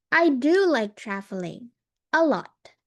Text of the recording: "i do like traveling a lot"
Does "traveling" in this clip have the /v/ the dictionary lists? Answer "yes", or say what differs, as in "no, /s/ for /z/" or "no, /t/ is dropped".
no, /f/ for /v/